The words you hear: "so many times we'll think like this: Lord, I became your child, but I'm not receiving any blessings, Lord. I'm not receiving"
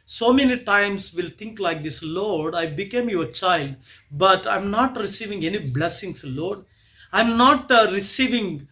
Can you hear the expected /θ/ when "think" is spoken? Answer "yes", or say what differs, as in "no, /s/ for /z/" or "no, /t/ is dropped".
no, /t/ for /θ/